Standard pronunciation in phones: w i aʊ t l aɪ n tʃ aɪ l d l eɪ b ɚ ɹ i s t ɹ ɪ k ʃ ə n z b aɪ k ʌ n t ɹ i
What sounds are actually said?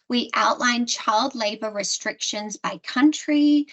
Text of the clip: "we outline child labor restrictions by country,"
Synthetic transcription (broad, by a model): w i aʊ t l aɪ n tʃ aɪ l d l eɪ b ɚ ɹ i s t ɹ ɪ k ʃ ə n z b aɪ k ʌ n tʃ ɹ i